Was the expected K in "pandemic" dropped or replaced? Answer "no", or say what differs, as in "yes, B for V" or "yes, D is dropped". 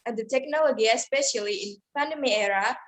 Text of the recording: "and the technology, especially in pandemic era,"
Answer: yes, K is dropped